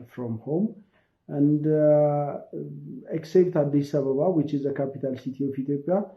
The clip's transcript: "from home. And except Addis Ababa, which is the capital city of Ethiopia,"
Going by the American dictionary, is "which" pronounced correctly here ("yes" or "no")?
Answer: yes